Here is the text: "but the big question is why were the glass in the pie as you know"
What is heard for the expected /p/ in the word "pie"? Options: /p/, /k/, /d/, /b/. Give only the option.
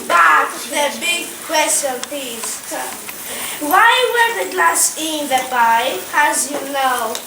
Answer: /b/